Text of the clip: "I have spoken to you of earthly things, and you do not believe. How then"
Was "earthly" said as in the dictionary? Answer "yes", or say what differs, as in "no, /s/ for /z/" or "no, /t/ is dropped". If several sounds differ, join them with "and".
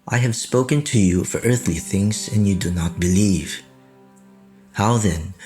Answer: yes